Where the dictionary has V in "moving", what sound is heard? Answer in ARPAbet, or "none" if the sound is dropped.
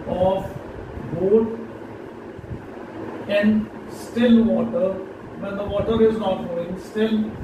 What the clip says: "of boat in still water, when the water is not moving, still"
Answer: none